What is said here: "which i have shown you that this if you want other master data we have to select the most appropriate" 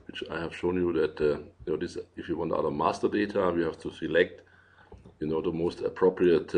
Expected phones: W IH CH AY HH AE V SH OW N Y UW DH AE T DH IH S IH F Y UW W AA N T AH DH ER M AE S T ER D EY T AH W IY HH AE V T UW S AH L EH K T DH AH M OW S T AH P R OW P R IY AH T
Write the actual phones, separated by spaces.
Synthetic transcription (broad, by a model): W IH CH AY HH AE V SH OW N Y UW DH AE T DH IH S IH F Y UW W AA N T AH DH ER M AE S T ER D EY T AH W IY HH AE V T UW S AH L EH K T DH AH M OW S T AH P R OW P R IY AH T